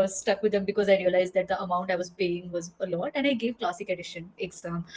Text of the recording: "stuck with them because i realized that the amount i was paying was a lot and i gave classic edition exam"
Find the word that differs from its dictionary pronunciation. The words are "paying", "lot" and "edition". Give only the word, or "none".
none